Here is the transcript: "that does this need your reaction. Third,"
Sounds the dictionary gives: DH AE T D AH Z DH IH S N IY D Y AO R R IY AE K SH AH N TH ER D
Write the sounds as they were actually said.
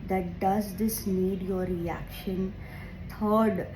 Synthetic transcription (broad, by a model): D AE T D AH Z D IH S N IY D Y AO R R IY AE K SH AH N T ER D